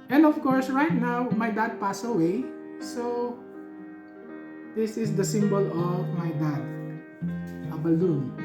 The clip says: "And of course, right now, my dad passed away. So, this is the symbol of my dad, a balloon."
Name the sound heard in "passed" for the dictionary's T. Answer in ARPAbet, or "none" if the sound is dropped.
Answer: none